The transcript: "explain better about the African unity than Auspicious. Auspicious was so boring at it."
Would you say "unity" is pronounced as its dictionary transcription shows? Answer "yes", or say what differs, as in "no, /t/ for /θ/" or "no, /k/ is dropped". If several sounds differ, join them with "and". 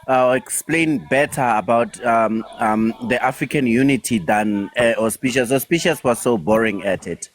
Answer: yes